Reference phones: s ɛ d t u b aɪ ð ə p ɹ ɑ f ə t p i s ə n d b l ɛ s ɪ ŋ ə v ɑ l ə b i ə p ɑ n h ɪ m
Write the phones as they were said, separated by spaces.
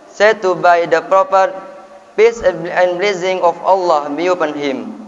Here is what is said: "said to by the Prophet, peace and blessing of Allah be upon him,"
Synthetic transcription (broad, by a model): s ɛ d t u b aɪ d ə p ɹ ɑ p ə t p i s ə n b l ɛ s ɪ ŋ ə f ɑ l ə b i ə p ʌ n h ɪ m